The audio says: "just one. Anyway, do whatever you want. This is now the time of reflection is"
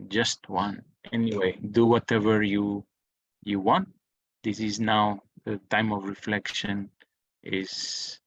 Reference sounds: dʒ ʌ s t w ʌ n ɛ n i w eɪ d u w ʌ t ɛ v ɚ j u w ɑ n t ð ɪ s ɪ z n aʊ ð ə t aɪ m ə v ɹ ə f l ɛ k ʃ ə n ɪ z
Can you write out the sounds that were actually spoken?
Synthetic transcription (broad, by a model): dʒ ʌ s t w ʌ n ɛ n i w eɪ d u w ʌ t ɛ v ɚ j u w ɑ n t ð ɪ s ɪ z n aʊ ð ə t aɪ m ə v ɹ ə f l ɛ k ʃ ə n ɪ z